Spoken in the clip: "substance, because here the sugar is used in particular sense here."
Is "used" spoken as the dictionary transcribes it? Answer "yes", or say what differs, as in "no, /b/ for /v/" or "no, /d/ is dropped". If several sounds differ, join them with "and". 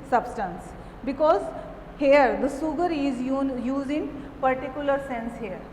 no, /d/ is dropped